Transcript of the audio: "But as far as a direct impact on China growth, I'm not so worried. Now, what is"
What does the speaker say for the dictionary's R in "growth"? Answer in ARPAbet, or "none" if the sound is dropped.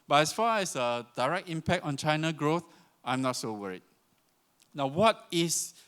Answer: R